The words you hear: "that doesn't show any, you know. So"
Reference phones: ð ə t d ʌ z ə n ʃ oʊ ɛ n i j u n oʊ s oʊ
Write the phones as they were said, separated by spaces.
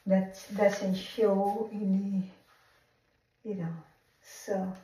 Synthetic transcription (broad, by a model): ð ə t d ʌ s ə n ʃ oʊ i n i j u n oʊ s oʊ